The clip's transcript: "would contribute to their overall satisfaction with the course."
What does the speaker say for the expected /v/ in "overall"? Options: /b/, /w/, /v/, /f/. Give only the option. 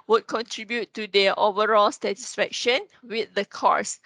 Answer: /v/